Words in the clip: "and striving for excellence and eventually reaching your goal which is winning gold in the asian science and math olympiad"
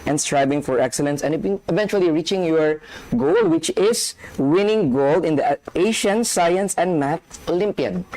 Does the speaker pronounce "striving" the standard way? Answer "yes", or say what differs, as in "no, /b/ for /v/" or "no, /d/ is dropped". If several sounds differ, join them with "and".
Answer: no, /b/ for /v/